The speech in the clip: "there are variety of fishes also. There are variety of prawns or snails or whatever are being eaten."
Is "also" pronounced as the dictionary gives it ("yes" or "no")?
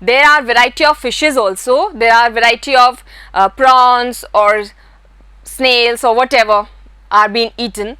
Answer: yes